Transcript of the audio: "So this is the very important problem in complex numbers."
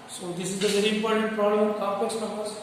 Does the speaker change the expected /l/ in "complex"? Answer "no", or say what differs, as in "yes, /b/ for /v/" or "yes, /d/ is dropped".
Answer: yes, /l/ is dropped